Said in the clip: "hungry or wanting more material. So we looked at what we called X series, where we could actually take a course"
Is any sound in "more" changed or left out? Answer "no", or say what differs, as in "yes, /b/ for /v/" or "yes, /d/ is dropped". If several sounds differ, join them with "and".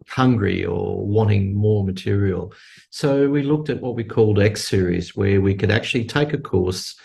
no